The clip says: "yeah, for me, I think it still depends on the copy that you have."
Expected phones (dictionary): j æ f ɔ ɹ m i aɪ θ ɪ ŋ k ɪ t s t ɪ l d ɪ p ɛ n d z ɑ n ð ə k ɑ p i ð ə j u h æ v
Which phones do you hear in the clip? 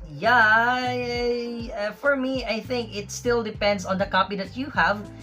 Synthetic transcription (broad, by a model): j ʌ f ɔ ɹ m i aɪ θ ɪ ŋ k ɪ t s t ɪ l d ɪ p ɛ n d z ɑ n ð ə k ɑ p i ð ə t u h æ v